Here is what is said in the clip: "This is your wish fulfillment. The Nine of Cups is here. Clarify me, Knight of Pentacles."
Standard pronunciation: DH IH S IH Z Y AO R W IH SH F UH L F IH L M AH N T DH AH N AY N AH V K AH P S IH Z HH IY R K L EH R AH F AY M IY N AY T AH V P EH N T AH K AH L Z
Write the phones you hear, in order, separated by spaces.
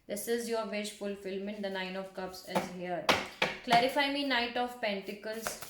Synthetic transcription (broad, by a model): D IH S IH Z Y AO R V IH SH F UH L F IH L M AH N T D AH N AY N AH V K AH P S IH Z HH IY R K L EH R AH F AY M IY N AY T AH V P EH N T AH K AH L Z